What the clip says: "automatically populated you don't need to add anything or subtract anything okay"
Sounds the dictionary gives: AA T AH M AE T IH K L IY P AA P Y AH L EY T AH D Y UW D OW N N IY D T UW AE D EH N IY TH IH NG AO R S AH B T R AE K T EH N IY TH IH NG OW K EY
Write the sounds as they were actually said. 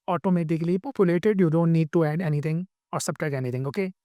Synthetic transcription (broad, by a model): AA T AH M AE T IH K L IY P AA P Y AH L EY T AH D Y UW D OW N N IY D T UW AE D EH N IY T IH NG AO R S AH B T AH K EH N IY T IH NG OW K EY